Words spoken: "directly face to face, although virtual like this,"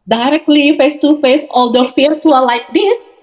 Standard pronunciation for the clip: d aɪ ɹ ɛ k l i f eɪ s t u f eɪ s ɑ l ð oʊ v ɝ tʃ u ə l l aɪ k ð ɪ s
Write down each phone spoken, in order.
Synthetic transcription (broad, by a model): d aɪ ɹ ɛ k l i f eɪ s t u f eɪ s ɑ l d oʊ f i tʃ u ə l l aɪ k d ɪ s